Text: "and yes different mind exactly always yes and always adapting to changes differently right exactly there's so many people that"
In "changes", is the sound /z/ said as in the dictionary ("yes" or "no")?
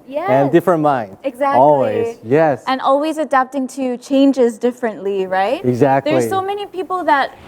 yes